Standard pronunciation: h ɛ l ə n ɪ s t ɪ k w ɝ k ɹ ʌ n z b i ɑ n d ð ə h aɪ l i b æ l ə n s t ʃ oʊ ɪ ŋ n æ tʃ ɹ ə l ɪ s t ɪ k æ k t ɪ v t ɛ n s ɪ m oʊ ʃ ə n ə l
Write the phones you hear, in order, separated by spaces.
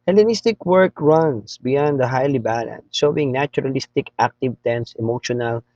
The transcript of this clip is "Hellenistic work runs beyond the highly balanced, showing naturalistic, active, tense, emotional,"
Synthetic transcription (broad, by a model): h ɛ l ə n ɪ s t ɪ k w ɝ k ɹ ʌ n s b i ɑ n d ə h aɪ l i b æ l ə n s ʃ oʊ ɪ ŋ n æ tʃ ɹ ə l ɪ s t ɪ k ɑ k t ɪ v t ɛ n s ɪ m oʊ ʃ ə n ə l